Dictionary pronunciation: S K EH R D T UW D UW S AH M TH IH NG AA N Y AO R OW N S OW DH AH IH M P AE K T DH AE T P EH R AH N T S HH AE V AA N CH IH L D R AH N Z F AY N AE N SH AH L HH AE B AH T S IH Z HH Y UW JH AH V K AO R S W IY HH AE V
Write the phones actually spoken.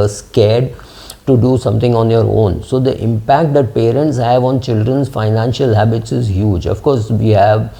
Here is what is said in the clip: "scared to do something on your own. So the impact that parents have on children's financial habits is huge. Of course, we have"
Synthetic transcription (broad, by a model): S K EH D T UW D UW S AH M T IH NG AA N Y AO R OW N S OW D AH IH M P AE K T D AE T P EH R AH N T S HH AE V AA N CH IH L D R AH N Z F AY N AE N SH AH L HH AE B AH T S IH Z HH Y UW JH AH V K AO R S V IY HH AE V